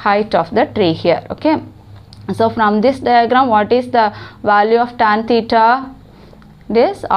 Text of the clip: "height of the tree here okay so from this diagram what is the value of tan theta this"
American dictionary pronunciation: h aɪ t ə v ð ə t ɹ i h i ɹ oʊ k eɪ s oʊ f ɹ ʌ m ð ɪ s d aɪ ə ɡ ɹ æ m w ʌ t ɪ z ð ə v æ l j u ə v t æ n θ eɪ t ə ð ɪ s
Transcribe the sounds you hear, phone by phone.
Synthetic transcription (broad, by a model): h aɪ t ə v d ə t ɹ i h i ɹ oʊ k eɪ s oʊ f ɹ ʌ m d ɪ s d aɪ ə ɡ ɹ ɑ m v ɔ t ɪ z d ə v æ l j u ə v t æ n t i t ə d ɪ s